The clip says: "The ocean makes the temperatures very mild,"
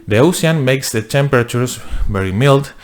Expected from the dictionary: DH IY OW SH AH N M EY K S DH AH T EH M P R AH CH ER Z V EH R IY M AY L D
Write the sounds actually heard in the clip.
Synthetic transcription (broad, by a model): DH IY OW S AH N M EY K S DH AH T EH M P R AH CH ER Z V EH R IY M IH L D